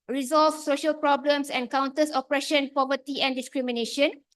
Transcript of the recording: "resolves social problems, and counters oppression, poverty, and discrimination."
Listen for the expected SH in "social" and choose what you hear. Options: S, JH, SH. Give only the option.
SH